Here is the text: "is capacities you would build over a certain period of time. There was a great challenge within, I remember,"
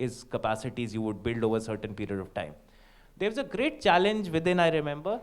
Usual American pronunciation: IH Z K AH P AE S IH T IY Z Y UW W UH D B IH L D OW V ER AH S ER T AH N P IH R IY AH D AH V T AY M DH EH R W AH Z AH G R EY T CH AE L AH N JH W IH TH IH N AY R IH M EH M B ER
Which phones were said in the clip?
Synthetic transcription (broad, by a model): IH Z K AH P AE S IH T IY Z Y UW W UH D B IH L D OW V ER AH S ER T AH N P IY R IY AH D AH V T AY M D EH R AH Z AH G R EY T CH AE L AH N JH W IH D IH N AY R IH M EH M B ER